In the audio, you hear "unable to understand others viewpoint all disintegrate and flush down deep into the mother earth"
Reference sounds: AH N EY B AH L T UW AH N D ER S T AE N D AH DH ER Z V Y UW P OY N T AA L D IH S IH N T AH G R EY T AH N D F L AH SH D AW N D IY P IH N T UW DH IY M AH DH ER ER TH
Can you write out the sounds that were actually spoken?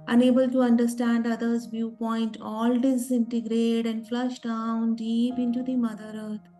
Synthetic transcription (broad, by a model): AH N EY B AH L T UW AH N D ER S T AE N D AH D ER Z V Y UW P OY N T AA L D IH S IH N T AH G R EY T AH N D F L AH SH D AW N D IY P IH N T UW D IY M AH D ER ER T